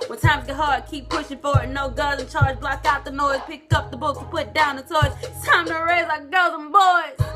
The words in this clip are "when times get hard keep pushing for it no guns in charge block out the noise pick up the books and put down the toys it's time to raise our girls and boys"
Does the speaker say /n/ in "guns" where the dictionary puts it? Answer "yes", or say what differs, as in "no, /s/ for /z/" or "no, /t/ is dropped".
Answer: no, /n/ is dropped